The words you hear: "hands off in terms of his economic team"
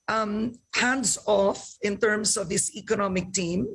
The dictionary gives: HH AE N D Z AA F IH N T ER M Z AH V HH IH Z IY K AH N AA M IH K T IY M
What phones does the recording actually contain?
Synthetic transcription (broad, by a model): HH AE N D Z AA F IH N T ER M S AH V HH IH S IY K AH N AA M IH K T IY M